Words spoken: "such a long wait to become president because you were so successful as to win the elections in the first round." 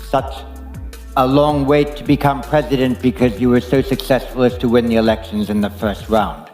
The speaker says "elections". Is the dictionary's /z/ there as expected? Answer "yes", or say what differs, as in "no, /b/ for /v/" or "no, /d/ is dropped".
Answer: yes